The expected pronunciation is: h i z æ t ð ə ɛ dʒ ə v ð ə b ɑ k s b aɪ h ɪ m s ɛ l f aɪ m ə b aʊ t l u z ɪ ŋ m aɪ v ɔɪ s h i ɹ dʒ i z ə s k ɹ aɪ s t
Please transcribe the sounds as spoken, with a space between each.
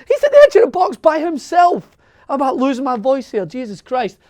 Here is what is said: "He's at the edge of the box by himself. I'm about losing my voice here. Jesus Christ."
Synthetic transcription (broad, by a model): h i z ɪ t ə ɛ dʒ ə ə b ɑ k s b aɪ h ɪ m s ɛ l f ə b aʊ t l u z ɪ ŋ m aɪ v ɔɪ s h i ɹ dʒ i z ə s k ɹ aɪ s t